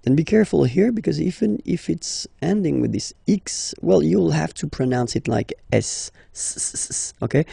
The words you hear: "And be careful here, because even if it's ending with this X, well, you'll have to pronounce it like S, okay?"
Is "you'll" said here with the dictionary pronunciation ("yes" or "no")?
yes